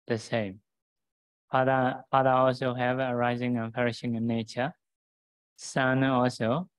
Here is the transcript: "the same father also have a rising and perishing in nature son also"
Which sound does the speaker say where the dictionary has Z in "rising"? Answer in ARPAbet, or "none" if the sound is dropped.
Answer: Z